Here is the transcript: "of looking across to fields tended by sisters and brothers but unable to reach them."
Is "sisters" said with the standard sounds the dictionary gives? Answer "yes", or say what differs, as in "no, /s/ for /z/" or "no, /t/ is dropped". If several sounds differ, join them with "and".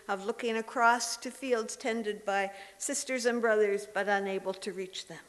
yes